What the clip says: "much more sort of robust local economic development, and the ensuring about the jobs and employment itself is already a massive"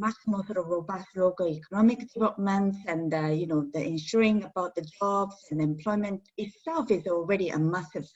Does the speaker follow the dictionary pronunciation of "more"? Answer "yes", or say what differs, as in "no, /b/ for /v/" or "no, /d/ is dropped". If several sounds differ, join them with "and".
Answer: no, /l/ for /ɹ/